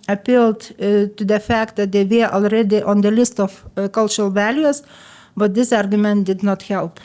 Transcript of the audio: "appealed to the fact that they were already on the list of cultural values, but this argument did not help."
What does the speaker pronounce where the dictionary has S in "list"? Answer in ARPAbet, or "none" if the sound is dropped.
S